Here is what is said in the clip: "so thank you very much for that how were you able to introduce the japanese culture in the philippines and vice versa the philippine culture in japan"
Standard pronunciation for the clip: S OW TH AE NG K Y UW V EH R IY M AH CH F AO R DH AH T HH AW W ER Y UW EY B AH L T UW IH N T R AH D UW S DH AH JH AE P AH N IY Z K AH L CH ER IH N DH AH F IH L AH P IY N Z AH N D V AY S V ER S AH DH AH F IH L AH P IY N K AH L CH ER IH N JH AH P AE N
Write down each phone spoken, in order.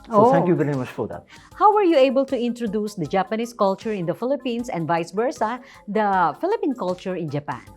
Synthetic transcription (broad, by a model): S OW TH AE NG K Y UW V EH R IY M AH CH F AO R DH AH T HH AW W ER Y UW EY B AH L T UW IH N T R AH D UW S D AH JH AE P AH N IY S K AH L CH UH IH N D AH F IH L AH P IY N S AH N D V AY S B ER S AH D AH F IH L AH P IY N K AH L CH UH IH N JH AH P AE N